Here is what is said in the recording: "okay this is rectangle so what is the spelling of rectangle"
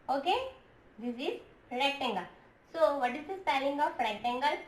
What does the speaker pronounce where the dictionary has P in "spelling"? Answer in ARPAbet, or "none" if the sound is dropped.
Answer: none